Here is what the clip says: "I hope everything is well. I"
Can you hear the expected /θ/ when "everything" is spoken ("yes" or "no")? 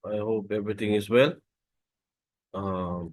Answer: no